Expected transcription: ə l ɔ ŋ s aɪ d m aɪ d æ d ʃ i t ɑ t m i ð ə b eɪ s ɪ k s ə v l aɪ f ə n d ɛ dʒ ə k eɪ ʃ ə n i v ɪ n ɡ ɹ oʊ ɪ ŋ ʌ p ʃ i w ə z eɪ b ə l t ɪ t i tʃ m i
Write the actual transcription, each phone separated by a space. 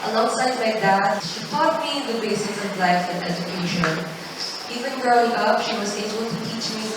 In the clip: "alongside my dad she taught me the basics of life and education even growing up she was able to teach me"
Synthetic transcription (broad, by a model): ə l ɔ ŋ s aɪ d m aɪ d æ d ʃ i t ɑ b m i ð ə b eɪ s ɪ s ə v l aɪ f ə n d ɛ dʒ ə k eɪ ʃ ə n i v ɪ n ɡ ɹ oʊ ɪ ŋ ʌ p ʃ i w ə z eɪ b ə l t ɪ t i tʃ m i